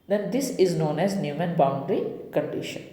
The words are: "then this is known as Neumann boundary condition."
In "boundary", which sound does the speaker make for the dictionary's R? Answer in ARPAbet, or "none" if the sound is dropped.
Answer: R